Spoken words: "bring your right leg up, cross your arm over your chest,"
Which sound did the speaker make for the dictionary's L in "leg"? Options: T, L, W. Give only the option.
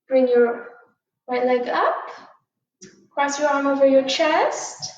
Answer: L